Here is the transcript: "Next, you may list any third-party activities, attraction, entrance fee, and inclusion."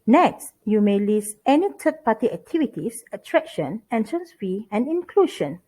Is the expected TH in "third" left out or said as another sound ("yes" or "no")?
yes